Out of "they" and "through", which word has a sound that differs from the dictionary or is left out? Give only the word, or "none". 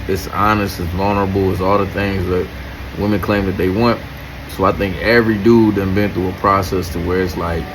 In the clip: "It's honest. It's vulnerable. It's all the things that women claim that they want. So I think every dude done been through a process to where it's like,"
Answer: through